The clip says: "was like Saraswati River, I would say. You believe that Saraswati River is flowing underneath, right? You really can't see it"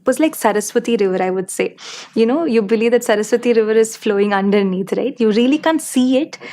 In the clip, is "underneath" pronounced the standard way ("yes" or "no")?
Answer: no